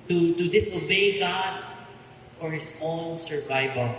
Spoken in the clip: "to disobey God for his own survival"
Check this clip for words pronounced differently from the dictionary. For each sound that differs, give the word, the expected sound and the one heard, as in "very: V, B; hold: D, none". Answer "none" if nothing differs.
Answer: his: Z, S